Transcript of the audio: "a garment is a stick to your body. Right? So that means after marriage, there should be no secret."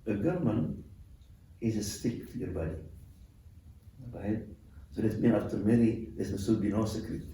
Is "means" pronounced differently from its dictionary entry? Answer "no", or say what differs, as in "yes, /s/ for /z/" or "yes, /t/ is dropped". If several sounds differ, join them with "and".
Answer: yes, /z/ is dropped